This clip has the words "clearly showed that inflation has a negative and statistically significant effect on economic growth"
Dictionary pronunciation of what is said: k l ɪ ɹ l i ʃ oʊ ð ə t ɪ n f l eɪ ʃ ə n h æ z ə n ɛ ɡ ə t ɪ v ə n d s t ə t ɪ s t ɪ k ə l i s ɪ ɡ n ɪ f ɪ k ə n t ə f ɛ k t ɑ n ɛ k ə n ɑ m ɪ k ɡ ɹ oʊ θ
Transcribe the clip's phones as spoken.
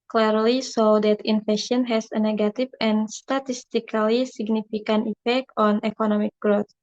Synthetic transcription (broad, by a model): k l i ɹ l i s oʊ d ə t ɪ n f eɪ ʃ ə n h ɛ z ə n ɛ ɡ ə t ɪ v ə n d s t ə t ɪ s t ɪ k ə l i s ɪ ɡ n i f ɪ k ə n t ə f ɛ k t ɑ n ɛ k ə n ɑ m ɪ k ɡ ɹ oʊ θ